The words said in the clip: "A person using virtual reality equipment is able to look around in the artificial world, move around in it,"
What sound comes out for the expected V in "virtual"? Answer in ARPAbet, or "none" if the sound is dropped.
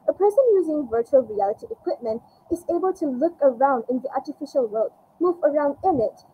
V